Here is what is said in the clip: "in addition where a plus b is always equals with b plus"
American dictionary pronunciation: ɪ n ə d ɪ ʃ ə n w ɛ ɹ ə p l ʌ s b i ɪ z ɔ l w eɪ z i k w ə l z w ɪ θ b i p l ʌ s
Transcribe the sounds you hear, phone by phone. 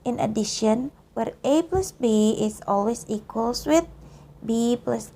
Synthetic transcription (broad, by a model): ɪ n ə d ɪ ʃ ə n w ɛ ɹ ə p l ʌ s b i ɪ s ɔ l w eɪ s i k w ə l s w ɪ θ b i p l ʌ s